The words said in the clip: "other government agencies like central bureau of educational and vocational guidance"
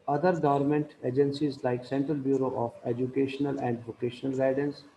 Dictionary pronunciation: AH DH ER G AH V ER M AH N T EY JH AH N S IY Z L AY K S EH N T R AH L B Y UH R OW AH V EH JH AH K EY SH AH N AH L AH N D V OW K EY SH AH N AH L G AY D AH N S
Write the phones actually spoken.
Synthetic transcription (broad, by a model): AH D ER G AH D M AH N T EY JH AH N S IY Z L AY K S EH N T R AH L B Y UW R OW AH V EH JH AH K EY SH AH N AH L AH N D V OW K EY SH AH N AH L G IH D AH N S